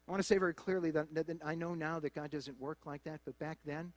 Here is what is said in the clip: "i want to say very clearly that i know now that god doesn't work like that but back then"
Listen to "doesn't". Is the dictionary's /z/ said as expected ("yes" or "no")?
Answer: yes